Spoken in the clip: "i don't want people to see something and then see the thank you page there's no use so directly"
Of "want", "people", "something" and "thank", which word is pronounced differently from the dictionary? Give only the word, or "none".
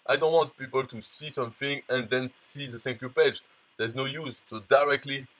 thank